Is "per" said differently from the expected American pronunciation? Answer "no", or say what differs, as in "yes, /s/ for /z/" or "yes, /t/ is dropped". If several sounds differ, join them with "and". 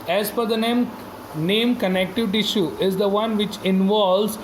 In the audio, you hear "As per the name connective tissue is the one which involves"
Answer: yes, /f/ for /p/